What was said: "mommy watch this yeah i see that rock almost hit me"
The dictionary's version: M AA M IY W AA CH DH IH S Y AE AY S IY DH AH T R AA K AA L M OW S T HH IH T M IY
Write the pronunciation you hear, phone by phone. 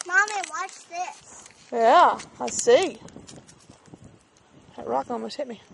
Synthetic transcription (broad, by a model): M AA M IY W AA CH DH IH S Y AE AY S IY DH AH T R AA K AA M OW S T HH IH T M IY